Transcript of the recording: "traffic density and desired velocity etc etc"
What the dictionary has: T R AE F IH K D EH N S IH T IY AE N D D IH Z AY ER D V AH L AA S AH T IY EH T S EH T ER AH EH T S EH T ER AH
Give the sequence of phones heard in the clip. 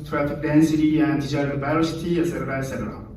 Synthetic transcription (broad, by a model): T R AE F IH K D EH N S IH T IY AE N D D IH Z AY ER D B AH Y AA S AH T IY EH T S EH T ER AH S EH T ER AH